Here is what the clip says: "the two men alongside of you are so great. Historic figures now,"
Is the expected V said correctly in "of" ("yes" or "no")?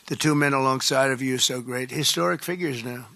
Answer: yes